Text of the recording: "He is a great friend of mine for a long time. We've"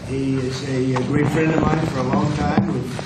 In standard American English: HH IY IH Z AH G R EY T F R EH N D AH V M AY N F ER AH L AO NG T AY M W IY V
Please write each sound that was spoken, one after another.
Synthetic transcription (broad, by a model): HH IY IH Z AH G R EY T F R EH N D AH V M AY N F ER AH L AO NG T AY M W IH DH